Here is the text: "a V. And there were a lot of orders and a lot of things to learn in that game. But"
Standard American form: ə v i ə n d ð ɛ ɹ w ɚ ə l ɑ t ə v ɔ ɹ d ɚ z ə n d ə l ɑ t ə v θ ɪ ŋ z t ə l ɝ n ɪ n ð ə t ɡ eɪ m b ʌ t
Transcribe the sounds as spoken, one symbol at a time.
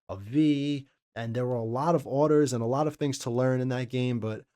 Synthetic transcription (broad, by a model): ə v i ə n ð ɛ ɹ w ɚ ə l ɑ t ə v ɔ ɹ d ɚ z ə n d ə l ɑ t ə v θ ɪ ŋ z t ə l ɝ n ɪ n ð ə t ɡ eɪ m b ʌ t